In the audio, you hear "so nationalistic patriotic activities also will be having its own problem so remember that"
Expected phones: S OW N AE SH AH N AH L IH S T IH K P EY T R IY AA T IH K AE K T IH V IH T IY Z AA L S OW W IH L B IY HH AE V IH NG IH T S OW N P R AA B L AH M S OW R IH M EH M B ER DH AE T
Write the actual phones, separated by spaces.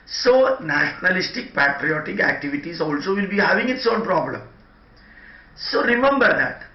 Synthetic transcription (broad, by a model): S OW N AE SH AH N AH L IH S T IH K P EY T R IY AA T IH K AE K T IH V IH T IY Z AA L S OW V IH L B IY HH AE V IH NG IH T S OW L P R AA B L AH M S OW R IH M EH M B ER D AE T